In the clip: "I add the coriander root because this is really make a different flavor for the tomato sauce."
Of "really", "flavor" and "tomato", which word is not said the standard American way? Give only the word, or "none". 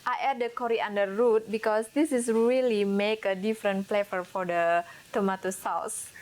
flavor